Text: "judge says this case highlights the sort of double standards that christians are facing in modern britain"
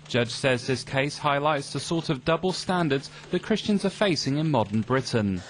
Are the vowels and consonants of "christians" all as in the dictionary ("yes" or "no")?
yes